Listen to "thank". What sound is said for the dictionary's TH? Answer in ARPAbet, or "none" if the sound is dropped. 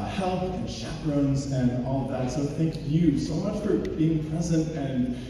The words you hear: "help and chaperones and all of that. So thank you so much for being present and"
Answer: TH